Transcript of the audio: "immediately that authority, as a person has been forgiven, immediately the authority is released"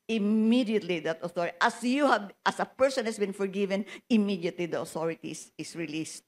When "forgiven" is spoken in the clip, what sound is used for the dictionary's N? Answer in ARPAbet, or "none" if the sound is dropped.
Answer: N